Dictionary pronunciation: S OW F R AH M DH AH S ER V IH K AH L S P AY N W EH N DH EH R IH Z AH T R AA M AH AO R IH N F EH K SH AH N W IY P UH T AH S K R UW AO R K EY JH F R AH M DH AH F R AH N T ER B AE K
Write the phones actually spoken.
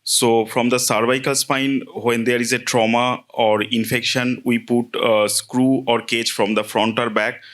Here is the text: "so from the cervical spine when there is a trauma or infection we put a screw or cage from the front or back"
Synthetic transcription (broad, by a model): S OW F R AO M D AH S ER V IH K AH L S P AY N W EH N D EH R IH Z AH T R AA M AH AO R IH N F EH K SH AH N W IY P UH T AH S K R UW AO R K EY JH F R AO M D AH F R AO N T ER B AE K